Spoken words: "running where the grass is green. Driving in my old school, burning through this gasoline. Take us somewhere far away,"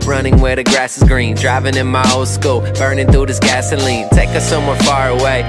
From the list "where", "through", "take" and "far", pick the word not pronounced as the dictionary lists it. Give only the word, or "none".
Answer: through